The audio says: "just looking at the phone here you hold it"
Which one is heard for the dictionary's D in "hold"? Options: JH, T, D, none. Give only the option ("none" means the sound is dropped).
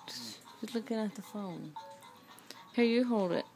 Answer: D